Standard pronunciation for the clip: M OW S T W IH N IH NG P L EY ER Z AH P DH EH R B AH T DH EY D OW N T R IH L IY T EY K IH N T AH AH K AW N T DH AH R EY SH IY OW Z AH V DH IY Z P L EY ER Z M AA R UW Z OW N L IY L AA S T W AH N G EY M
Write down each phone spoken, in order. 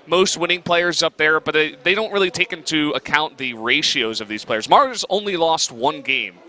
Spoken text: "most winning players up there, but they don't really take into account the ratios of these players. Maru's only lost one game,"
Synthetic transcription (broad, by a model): M OW S T W IH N IH NG P L EY ER Z AH P DH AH R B AH T DH EY D OW N T R IH L IY T EY K IH N T AH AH K AW N DH AH R EY SH IY OW Z AH V DH IY Z P L EY ER Z M AA R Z OW N L IY L AA S T W AH N G EY M